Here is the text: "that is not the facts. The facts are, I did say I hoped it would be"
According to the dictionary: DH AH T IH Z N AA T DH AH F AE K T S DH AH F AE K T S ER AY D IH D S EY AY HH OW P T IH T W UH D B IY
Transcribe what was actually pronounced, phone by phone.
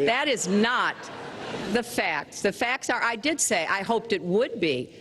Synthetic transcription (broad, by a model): DH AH T IH Z N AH T DH AH F AE K T S DH AH F AE K T S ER AY D IH D S EY AY HH OW P T IH T W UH D B IY